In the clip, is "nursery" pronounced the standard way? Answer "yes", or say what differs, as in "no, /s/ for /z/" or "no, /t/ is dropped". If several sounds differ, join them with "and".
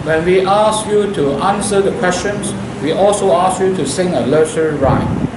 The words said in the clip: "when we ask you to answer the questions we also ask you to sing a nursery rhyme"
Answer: no, /l/ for /n/